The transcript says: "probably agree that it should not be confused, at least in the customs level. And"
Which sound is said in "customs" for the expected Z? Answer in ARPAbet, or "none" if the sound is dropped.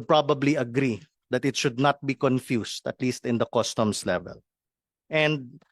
S